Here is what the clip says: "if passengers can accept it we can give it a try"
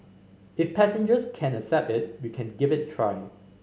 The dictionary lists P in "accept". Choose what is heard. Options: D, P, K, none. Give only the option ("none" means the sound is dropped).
P